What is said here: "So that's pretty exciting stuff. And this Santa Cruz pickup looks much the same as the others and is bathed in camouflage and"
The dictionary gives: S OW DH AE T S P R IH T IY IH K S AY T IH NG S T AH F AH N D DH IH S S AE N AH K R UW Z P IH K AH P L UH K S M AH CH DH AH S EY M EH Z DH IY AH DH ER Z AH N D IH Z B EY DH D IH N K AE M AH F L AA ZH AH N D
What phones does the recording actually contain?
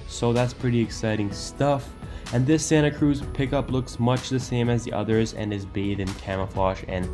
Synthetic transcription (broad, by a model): S OW DH AE T S P R IH T IY IH K S AY T IH NG S T AH F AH N DH IH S S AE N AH K R UW Z P IH K AH P L UH K S M AH CH DH AH S EY M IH Z DH IY AH DH ER Z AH N IH Z B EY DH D IH N K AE M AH F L AA SH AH N